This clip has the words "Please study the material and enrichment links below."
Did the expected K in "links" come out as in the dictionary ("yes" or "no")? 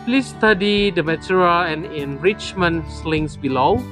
no